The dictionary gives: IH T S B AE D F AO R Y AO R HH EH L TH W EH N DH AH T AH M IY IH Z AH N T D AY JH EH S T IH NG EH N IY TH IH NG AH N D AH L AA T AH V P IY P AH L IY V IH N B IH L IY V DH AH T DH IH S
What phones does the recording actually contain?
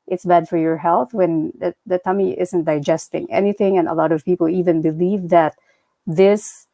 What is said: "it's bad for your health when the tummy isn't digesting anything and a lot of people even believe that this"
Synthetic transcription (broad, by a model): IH T S B AE D F AO R Y AO R HH EH L TH W EH N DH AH T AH M IY IH Z AH N T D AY JH EH S T IH NG EH N IY TH IH NG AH N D AH L AA T AH V P IY P AH L IY V IH N B IH L IY V DH AH T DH IH S